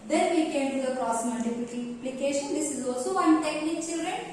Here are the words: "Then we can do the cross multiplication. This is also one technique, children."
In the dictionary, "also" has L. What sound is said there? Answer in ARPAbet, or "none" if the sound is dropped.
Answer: L